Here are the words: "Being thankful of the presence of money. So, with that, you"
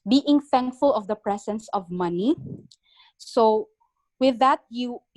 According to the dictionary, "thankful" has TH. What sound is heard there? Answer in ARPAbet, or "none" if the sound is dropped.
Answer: TH